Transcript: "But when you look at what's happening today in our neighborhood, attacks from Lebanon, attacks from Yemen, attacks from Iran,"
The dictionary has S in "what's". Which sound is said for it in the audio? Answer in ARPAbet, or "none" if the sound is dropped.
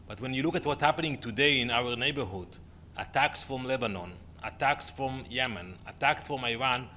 none